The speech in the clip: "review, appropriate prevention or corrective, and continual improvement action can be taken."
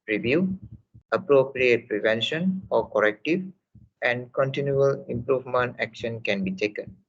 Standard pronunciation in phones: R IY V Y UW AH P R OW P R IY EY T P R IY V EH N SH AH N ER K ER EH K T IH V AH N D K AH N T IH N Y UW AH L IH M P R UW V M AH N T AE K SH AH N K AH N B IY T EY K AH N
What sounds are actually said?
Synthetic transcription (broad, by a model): R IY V Y UW AH P R OW P R IY EY T P R IY V EH N SH AH N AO K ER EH K T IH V AH N D K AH N T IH N Y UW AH L IH M P R UW V M AH N T AE K SH AH N K AH N B IY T EY K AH N